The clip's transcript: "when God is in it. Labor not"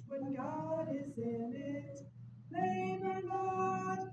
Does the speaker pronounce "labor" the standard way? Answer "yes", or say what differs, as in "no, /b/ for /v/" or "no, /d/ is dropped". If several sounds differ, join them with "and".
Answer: no, /n/ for /l/